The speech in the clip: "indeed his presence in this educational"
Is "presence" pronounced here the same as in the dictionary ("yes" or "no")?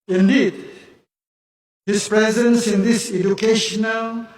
yes